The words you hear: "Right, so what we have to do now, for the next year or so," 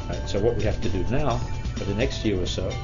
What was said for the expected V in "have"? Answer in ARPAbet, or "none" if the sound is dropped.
F